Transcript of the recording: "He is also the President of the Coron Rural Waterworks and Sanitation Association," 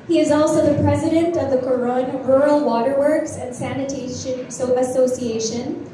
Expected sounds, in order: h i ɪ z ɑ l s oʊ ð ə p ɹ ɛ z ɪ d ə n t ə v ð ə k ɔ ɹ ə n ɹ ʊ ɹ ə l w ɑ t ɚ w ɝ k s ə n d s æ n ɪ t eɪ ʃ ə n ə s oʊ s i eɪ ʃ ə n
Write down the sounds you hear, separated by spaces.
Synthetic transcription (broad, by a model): h i ɪ z ɑ l s oʊ ð ə p ɹ ɛ z ɪ d ə n t ə v ð ə k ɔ ɹ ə n ɹ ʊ ɹ l w ɑ t ɚ w ɝ k s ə n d s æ n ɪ t eɪ ʃ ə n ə s oʊ s i eɪ ʃ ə n